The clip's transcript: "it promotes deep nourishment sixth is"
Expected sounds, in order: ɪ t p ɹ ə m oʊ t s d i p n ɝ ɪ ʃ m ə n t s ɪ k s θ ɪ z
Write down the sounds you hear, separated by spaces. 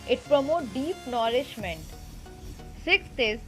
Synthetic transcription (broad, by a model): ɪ t p ɹ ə m oʊ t d i p n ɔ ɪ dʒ m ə n t s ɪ k s t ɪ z